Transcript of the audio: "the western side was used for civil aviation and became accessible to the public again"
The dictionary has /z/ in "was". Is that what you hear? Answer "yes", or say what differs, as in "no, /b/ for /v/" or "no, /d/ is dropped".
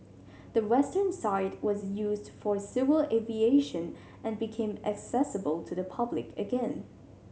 yes